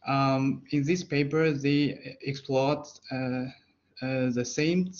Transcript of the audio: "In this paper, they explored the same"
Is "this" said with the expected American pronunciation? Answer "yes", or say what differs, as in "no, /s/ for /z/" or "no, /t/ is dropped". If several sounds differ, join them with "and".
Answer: yes